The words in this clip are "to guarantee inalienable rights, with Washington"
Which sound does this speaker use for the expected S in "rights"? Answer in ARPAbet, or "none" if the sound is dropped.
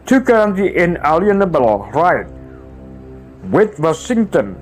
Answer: none